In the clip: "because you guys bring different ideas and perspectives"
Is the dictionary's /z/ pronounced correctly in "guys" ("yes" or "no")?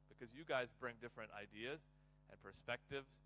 yes